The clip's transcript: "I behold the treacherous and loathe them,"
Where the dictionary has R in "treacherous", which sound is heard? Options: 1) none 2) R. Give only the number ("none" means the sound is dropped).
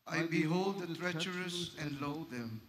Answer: 2